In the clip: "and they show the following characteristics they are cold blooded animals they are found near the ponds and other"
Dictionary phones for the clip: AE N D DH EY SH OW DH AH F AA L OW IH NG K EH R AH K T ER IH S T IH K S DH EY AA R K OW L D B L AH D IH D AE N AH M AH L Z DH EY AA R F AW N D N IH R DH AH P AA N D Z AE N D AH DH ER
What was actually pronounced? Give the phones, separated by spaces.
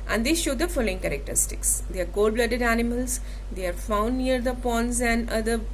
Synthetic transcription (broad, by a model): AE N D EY SH OW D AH F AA L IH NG K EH R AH K T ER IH S T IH K S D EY AA R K OW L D B L AH D IH D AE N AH M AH L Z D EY AA R F AW N D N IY R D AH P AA N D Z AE N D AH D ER